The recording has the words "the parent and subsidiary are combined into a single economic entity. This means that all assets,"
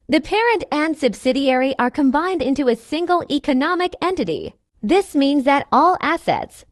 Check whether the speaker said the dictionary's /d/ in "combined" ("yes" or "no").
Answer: yes